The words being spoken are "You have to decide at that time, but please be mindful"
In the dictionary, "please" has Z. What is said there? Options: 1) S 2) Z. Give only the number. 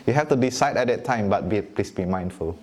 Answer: 1